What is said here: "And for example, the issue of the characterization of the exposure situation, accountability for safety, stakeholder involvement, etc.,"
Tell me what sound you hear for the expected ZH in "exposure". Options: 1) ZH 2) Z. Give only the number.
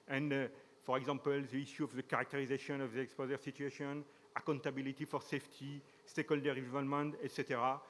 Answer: 2